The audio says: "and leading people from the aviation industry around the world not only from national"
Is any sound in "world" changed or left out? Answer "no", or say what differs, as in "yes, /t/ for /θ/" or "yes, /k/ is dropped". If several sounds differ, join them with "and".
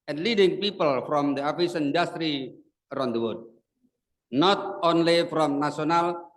yes, /l/ is dropped